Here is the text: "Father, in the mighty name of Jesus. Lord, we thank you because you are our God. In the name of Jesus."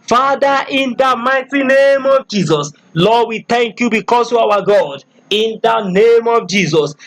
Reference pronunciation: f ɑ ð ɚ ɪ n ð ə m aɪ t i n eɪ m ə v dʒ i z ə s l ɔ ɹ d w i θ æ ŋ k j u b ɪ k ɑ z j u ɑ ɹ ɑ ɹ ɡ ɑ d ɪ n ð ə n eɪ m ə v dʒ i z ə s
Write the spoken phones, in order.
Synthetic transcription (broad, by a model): f ɑ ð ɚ ɪ n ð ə m aɪ t i n eɪ m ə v dʒ i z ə s l ɔ d w i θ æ ŋ k j u b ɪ k ɑ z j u ɑ w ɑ ɡ ɑ d ɪ n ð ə n eɪ m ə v dʒ i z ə s